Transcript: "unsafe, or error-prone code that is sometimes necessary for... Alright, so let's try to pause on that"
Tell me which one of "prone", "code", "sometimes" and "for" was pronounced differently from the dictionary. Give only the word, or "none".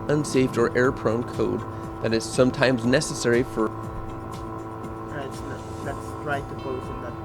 none